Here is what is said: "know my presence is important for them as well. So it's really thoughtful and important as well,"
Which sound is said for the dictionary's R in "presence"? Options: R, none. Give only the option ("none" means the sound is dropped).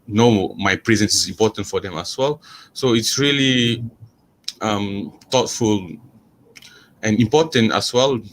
R